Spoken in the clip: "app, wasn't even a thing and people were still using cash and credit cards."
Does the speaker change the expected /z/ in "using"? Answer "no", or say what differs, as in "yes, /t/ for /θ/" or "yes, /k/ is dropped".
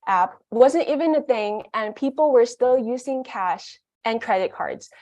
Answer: no